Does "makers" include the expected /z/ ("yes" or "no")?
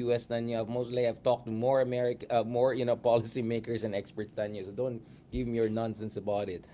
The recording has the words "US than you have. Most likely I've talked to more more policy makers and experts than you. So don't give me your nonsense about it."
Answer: no